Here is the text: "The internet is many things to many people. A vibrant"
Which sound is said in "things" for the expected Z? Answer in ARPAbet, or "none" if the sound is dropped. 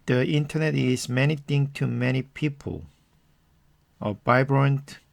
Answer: none